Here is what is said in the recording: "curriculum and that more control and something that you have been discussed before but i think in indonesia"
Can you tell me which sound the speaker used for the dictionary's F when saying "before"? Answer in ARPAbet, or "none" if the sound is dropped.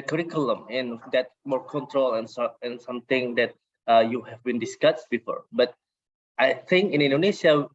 F